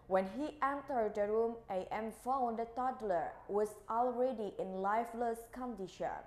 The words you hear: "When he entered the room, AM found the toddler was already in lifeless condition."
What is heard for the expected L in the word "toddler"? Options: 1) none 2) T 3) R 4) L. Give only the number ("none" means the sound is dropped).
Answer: 4